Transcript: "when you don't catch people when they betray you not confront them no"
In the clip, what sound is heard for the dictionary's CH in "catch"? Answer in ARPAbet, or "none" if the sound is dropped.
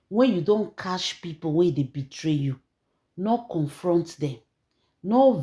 SH